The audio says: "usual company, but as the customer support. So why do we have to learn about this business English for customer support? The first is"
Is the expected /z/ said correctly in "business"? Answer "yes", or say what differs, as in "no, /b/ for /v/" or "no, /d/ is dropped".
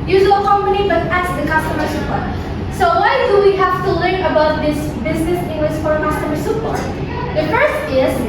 yes